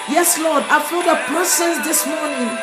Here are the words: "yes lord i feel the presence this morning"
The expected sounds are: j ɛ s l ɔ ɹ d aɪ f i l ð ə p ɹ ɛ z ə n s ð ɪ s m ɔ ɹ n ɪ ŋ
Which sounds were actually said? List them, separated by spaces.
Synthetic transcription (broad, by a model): j ɛ s l ɔ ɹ d aɪ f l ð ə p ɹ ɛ s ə n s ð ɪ s m ɔ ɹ n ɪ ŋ